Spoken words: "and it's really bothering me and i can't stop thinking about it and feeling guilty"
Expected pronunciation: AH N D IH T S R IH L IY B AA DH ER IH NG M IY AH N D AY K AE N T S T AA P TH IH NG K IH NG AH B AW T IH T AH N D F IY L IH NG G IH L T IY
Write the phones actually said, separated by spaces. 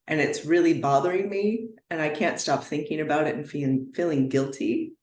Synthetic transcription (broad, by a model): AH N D IH T S R IH L IY B AA DH ER IH NG M IY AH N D AY K AE N T S T AA P TH IH NG K IH NG AH B AW T IH T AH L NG F IY L IH NG G IH L T IY